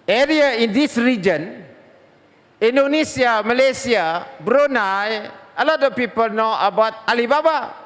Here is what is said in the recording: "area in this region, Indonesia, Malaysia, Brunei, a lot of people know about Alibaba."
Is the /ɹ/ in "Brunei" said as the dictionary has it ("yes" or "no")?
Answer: yes